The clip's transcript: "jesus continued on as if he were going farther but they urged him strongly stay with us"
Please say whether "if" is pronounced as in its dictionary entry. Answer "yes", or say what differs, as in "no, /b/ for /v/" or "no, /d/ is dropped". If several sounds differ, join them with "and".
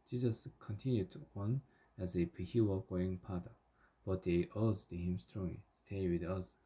no, /p/ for /f/